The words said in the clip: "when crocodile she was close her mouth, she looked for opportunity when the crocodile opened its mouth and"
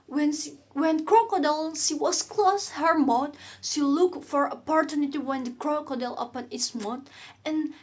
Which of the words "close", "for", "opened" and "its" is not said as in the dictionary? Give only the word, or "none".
opened